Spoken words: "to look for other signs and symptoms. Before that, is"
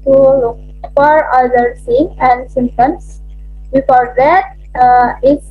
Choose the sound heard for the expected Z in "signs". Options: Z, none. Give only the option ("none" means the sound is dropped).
none